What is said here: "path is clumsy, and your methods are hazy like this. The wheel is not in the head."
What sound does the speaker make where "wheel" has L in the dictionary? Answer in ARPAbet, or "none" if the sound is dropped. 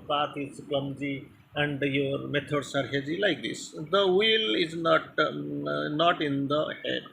L